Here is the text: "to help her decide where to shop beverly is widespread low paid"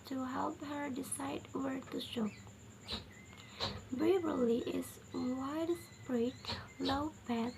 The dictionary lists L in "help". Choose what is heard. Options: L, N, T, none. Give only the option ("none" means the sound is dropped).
L